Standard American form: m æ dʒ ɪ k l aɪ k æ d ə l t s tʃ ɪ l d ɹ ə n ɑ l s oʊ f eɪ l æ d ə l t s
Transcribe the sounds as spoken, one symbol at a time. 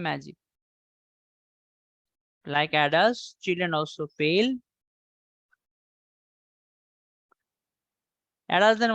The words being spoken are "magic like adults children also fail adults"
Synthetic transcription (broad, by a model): m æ dʒ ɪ k l aɪ k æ d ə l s tʃ ɪ l d ɹ ə n ɑ l s oʊ p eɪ l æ d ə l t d